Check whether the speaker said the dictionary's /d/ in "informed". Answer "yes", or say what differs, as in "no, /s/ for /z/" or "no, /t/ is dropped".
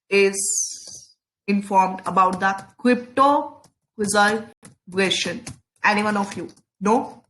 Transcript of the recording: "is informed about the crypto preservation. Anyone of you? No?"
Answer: yes